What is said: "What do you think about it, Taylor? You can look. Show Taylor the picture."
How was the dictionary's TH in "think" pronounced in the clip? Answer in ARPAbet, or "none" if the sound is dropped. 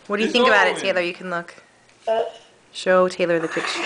TH